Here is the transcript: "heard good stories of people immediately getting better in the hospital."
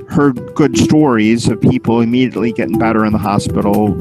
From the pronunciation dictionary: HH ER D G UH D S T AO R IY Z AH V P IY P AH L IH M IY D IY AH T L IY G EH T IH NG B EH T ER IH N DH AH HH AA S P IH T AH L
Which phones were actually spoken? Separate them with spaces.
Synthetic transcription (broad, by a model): HH ER G UH D S T AO R IY Z AH V P IY P L IH M IY D IY AH T L IY G EH T IH NG B EH T ER IH N DH AH HH AA S P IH T L